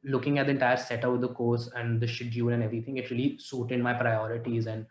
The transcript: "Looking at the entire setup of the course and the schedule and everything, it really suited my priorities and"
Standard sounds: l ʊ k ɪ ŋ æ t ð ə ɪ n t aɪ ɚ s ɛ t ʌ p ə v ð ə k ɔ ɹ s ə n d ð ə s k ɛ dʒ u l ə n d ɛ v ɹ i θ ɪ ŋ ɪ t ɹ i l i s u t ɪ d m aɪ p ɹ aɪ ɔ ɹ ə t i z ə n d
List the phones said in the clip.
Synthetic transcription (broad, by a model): l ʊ k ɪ ŋ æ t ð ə ɪ n t aɪ ɚ s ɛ t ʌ ə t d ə k ɔ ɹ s ə n d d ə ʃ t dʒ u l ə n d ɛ v ɹ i t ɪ ŋ ɪ t ɹ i l i s u t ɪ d m aɪ p ɹ aɪ ɔ ɹ ə t i z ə n d